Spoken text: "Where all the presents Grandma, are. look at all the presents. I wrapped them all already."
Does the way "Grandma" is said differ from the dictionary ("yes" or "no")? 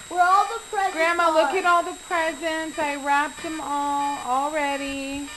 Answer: no